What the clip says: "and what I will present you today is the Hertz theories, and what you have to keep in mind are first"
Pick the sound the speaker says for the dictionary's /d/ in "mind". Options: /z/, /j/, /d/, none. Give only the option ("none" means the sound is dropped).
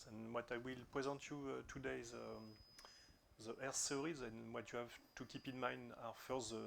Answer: /d/